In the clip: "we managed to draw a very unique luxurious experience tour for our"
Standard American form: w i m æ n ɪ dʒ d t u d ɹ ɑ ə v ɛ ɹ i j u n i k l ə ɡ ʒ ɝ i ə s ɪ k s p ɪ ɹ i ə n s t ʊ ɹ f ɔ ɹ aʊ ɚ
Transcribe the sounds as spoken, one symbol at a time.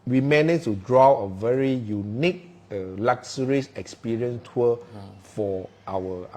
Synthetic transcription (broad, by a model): w i m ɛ n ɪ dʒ t u d ɹ ɑ ə v ɛ ɹ i j u n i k l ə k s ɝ i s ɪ k s p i ɹ i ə n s t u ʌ f ɔ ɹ aʊ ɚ